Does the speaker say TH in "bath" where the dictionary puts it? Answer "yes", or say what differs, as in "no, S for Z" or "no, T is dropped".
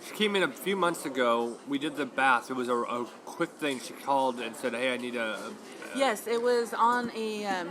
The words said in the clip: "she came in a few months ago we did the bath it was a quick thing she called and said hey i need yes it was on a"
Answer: yes